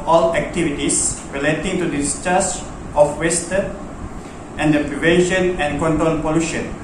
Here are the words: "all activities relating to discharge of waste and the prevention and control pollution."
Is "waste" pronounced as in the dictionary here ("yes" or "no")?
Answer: yes